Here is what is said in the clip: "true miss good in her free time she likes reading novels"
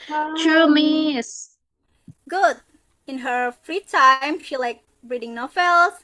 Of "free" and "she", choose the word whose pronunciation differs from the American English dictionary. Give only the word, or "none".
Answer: none